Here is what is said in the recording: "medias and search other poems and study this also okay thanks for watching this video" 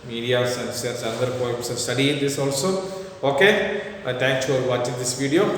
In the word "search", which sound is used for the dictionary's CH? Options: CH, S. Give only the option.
S